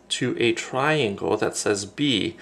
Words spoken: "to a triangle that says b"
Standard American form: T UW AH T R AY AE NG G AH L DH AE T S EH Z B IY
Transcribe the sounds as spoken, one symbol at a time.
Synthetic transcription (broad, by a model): T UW AH T R AY AE NG G AH L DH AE T S EH Z B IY